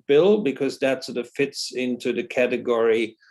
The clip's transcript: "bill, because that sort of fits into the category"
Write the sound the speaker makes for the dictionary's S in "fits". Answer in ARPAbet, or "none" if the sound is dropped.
S